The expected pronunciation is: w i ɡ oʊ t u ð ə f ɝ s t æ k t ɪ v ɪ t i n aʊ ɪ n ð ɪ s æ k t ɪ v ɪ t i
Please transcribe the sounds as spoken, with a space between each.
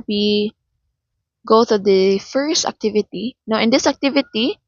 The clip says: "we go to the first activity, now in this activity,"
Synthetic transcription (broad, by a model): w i ɡ oʊ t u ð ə f ɝ s t æ k t ɪ v ɪ t i n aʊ ɪ n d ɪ s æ k t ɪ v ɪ t i